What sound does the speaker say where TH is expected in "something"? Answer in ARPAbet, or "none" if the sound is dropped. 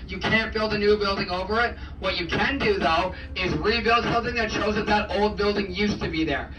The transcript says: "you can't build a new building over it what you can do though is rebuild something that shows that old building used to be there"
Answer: TH